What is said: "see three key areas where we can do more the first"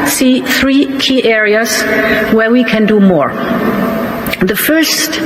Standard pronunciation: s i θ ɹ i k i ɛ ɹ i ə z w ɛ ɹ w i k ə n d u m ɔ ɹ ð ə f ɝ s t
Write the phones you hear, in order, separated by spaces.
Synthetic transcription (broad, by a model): s i θ ɹ i k i ɛ ɹ i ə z w ɛ ɹ w i k ə n d u m ɔ ɹ ð ə f ɝ s t